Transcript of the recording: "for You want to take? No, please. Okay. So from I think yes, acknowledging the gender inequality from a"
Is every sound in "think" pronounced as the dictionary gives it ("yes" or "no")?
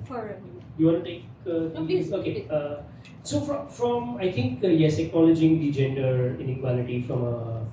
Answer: no